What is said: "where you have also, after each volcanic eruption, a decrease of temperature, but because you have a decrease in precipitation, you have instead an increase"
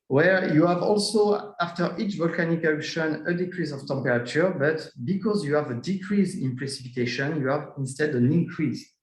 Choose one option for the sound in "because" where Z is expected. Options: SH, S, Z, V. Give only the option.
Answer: Z